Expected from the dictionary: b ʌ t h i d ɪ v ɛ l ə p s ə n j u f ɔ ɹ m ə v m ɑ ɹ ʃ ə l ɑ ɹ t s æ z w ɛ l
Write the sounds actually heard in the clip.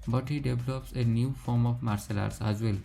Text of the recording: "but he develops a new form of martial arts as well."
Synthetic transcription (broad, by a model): b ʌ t h i d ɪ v l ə p s ə n j u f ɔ ɹ m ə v m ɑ ɹ s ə l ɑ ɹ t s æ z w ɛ l